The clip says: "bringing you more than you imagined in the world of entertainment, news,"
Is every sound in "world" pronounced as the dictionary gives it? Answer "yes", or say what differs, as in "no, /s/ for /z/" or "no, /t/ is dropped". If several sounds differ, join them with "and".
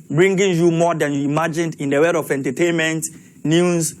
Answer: no, /l/ is dropped